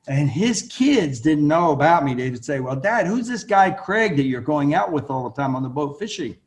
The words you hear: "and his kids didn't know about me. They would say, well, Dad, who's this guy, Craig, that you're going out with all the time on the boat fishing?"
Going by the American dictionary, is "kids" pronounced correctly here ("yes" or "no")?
yes